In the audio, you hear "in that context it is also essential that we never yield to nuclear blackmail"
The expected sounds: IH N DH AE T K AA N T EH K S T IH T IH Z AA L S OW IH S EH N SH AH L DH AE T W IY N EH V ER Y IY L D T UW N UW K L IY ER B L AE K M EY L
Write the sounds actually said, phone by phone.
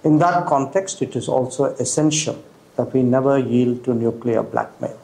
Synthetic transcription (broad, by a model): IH N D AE T K AA N T EH K S T IH T IH Z AA L S OW IH S EH N SH AH L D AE T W IY N EH V ER Y IY L D T UW N UW K L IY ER B L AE K M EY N